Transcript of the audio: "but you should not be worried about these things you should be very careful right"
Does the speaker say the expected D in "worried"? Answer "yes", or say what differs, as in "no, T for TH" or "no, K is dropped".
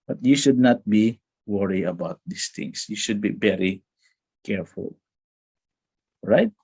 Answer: no, D is dropped